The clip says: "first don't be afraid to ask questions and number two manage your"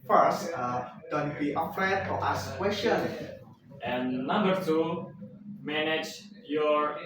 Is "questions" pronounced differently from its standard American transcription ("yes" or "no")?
yes